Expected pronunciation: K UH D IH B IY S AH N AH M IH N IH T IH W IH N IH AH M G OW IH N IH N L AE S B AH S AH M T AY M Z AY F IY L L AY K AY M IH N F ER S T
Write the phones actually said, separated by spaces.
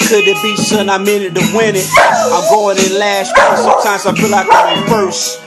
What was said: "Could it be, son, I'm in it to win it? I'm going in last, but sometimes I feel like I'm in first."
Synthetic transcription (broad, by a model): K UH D IH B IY S AH N AH M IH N IH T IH W IH N IH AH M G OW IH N IH N L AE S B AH S AH M T AY M Z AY P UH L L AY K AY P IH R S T